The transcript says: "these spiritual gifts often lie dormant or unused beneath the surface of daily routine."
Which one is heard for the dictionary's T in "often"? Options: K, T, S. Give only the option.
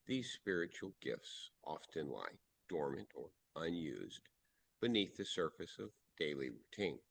T